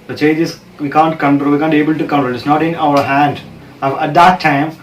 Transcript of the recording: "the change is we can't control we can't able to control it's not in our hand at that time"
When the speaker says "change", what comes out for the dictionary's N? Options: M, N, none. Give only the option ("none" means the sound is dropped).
none